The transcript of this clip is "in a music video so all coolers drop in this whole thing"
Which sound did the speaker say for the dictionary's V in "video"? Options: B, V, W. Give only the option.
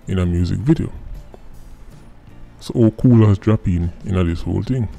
V